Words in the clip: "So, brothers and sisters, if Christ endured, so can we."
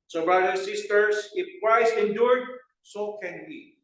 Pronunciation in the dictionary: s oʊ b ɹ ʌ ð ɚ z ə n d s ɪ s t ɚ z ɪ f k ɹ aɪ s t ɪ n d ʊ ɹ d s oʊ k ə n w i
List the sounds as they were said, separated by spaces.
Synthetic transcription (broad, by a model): s oʊ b ɹ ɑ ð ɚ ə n s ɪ s t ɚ s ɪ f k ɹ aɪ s ɪ n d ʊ ɹ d s oʊ k ə n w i